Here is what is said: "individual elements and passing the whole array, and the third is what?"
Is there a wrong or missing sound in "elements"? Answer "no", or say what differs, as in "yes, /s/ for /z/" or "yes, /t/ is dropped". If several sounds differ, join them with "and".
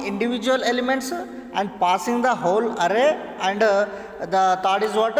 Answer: no